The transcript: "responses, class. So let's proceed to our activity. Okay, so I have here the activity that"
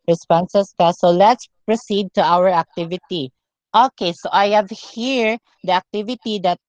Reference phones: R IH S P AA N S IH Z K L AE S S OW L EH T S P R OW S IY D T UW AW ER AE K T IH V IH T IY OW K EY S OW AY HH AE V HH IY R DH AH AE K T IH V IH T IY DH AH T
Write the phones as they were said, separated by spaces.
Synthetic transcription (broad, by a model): R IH S P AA N S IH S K AA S S OW L EH T S P R OW S IY D T UW AW ER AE K T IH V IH T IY OW K EY S OW AY HH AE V HH IY R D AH AE K T IH V IH T IY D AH T